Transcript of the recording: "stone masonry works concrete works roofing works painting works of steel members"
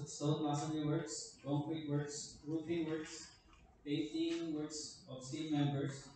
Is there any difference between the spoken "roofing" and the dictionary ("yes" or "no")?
yes